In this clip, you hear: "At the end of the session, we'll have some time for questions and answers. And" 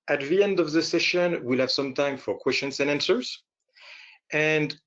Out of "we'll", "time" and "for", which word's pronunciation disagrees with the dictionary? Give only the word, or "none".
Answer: none